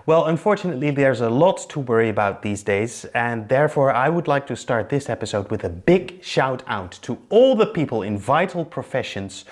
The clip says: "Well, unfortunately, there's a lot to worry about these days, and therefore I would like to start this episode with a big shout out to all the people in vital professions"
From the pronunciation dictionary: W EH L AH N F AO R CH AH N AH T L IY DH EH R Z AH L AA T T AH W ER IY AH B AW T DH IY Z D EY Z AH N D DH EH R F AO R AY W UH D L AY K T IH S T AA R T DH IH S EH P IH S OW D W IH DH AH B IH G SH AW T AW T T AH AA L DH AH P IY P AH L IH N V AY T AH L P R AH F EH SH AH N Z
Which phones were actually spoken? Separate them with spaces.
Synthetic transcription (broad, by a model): W EH L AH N F AO R CH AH N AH T L IY DH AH R Z AH L AA T T AH W ER IY AH B AW T DH IY Z D EY Z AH N DH EH R F AO R AY W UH D L AY K T IH S T AA R T DH IH S EH P IH S OW D W IH DH AH B IH G SH AW T AW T T AH AA L DH AH P IY P AH L IH N V AY T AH L P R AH F EH SH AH N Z